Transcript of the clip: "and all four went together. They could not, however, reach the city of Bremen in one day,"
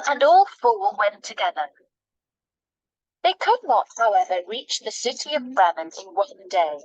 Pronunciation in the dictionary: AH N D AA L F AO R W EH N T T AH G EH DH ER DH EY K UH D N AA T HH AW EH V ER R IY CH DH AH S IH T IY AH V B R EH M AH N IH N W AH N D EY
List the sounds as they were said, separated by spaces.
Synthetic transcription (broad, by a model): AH N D AA L F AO L W EH N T T AH G EH DH ER DH EY K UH D N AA T HH AW EH V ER R IY CH DH AH S IH T IY AH V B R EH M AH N IH N W AH N D EY